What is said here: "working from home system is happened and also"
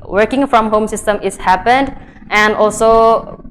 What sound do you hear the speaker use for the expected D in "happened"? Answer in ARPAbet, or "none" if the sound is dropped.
D